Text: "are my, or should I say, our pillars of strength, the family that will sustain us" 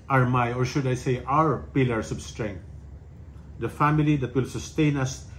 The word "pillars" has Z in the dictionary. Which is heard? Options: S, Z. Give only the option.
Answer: S